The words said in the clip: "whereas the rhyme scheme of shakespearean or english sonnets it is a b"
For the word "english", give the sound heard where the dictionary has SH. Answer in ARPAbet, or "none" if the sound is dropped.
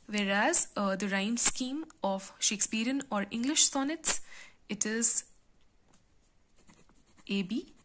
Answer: SH